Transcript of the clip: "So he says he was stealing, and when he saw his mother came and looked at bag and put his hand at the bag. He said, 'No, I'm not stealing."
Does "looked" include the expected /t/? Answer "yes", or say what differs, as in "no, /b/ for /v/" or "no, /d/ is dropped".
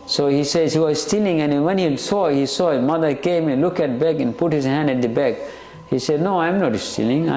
no, /t/ is dropped